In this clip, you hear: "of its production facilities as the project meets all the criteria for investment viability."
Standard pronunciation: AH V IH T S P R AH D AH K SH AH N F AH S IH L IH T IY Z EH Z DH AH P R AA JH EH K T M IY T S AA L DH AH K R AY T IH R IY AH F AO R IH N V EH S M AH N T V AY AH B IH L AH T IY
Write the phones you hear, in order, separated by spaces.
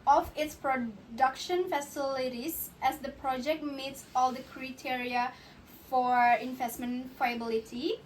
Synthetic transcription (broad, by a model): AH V IH T S P R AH D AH K SH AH N F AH S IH L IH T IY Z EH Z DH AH P R AA JH EH K T M IY T S AA L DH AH K R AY T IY R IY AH F AO R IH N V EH S M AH N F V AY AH B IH L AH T IY